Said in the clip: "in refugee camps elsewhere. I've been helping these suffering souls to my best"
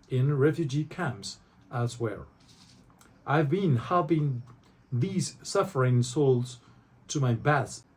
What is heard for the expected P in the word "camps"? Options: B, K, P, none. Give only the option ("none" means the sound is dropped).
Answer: P